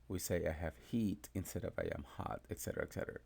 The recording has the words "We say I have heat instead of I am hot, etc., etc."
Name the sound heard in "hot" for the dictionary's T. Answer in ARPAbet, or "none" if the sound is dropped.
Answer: T